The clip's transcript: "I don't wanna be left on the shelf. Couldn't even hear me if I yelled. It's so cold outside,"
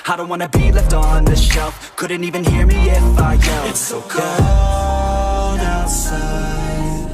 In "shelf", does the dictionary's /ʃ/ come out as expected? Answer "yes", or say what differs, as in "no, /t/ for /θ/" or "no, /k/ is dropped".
yes